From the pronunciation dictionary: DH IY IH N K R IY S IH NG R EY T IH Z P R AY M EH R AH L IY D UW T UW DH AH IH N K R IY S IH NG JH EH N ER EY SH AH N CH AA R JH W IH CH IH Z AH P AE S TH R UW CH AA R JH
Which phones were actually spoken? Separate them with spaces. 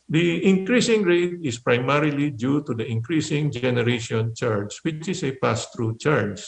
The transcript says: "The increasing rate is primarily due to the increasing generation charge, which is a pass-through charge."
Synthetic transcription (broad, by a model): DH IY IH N K R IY S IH NG R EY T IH S P R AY M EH R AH L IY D UW T UW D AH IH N K R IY S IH NG JH EH N ER EY SH AH N CH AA R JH W IH CH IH S AH P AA S T R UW CH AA R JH